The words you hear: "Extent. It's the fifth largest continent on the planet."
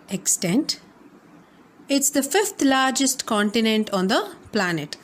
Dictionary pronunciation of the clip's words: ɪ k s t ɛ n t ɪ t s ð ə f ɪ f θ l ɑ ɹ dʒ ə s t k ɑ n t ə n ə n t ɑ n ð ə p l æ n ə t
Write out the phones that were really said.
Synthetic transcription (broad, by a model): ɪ k s t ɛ n t ɪ t s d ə f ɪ f t l ɑ ɹ dʒ ə s t k ɑ n t ə n ə n t ɑ n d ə p l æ n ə t